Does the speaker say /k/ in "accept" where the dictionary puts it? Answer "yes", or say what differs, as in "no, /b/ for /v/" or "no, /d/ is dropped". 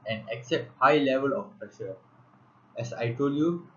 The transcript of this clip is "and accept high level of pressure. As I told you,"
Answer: yes